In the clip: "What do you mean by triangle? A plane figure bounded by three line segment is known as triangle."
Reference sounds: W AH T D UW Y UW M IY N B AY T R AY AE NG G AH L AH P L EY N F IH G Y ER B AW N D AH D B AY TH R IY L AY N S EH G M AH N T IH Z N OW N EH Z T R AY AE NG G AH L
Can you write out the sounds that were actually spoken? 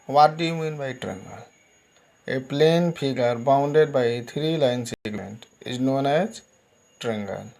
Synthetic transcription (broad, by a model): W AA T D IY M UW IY N B AY T R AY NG G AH L AH P L EY N P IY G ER B AW N D AH D B AY T R IY L AY N S EH G M AH N T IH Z N OW N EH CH T R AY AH NG G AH L